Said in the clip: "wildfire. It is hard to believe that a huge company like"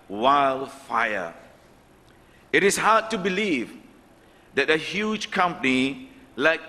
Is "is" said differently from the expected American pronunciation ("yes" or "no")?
yes